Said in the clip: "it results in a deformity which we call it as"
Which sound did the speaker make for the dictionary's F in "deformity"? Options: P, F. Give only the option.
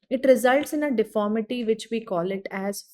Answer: F